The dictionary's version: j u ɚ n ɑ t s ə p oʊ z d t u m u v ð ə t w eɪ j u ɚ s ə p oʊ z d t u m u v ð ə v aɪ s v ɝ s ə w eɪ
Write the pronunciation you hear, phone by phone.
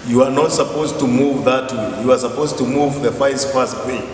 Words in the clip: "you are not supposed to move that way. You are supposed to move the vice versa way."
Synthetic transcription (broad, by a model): j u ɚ n ɑ t s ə p oʊ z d t u m u v ð ə t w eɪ j u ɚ s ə p oʊ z t u m u v ð ə f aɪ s f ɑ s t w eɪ